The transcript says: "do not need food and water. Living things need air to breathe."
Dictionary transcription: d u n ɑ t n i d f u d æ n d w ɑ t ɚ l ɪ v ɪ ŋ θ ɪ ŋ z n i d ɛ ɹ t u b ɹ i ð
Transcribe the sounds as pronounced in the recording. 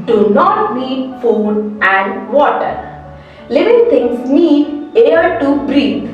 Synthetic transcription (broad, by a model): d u n ɑ t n i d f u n æ n d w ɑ t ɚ l ɪ v ɪ ŋ t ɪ ŋ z n i d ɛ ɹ t u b ɹ i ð